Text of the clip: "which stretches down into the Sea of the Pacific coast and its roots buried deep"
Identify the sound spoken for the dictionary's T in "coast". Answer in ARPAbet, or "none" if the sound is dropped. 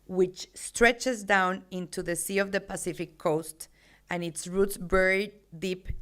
T